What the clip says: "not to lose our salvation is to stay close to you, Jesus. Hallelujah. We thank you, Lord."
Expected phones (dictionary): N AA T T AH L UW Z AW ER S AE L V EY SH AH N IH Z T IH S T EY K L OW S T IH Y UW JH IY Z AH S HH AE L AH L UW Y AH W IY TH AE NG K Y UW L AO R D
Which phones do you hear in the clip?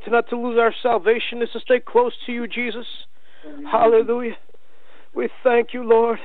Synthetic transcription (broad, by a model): N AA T T AH L UW Z AW ER S AE L V EY SH AH N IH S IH S T EY K L OW S T IH Y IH JH IY Z AH S HH AE L AH L UW Y AH W IY TH AE NG K Y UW L AO R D